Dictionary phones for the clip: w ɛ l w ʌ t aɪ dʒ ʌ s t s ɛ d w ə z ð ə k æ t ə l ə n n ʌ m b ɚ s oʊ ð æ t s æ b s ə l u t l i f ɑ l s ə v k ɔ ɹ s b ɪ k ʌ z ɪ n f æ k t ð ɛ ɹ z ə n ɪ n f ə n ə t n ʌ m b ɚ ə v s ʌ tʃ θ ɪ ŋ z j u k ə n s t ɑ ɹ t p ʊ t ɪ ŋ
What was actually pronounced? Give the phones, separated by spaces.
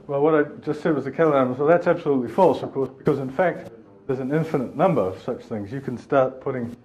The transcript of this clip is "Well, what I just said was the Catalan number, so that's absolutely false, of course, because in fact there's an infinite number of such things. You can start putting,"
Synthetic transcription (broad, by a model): w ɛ l w ʌ t aɪ dʒ ʌ s t s ɛ d w ə z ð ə k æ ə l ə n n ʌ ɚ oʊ ð æ t s æ b s ə l u t l i f ɑ l s ə v k ɔ ɹ s b ɪ k ʌ z ɪ n f æ k t ð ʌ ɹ z ə n ɪ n f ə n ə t n ʌ m b ɚ ə v s ʌ tʃ θ ɪ ŋ z j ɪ k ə n s t ɑ ɹ t p ʊ t ɪ ŋ